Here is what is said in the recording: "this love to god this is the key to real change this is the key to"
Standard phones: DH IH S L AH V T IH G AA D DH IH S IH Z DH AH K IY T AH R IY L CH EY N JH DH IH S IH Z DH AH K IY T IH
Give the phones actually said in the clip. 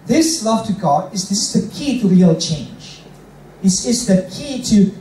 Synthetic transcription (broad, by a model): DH IH S L AH V T IH G AA D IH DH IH S DH AH K IY T AH R IY L CH EY N JH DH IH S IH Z DH AH K IY T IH